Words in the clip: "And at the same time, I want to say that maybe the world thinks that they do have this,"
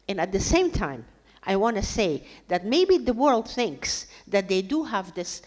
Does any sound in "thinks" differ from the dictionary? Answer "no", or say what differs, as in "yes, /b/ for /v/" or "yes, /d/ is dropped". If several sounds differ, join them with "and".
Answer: no